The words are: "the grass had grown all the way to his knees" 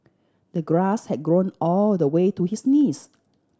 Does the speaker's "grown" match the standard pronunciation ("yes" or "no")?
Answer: yes